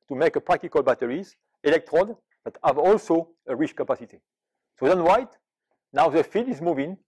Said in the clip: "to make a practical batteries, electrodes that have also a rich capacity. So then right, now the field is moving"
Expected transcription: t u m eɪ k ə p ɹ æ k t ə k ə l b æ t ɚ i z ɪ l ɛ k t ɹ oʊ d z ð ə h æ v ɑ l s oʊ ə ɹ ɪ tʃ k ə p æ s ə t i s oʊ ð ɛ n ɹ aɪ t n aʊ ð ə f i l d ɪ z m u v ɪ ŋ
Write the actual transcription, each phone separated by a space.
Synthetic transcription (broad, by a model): t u m eɪ k ə p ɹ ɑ k t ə k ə l b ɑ t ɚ i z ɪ l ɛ k t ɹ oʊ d ð ə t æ v ɑ l s oʊ ə ɹ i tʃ k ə p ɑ s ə t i s oʊ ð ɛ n w aɪ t n aʊ ð ə f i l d ɪ z m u v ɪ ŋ